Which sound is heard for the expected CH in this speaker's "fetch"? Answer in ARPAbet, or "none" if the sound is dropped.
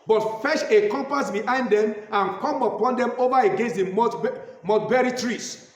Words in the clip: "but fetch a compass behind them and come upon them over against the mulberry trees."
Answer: SH